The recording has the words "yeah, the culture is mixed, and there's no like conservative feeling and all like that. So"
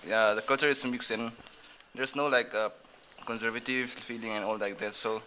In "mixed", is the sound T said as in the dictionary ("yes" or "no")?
no